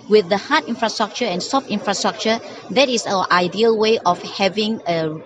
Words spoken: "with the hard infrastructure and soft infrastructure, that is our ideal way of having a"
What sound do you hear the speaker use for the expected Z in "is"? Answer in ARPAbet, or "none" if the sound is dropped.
S